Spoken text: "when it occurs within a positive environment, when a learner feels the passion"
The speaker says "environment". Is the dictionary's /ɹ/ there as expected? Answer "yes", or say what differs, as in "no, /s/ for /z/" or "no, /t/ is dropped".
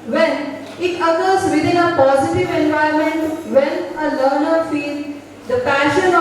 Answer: no, /ɹ/ is dropped